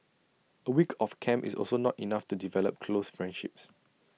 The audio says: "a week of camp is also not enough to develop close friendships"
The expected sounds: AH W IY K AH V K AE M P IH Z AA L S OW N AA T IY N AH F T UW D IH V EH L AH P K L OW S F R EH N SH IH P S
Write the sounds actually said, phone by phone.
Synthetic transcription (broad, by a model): AH W IY K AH F K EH M IH S AA L S OW N AA T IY N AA F T UW D IH V EH L AH P K L OW S F R EH N SH IH P S